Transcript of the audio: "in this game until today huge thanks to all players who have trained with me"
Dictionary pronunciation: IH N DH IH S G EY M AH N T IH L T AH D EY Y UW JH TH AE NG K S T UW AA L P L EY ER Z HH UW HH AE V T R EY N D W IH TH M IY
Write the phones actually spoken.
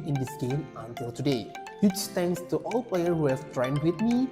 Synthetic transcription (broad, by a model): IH N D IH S G EY M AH N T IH L T AH D EY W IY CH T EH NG K S T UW AA L P L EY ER HH UW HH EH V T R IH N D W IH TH M IY